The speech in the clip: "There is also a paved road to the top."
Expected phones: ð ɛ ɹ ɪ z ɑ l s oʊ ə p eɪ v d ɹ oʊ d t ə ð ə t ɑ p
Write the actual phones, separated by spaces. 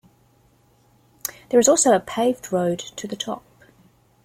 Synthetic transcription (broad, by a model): ð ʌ ɹ ɪ z ɑ l s oʊ ə p eɪ v d ɹ oʊ d t ə ð ə t ɑ p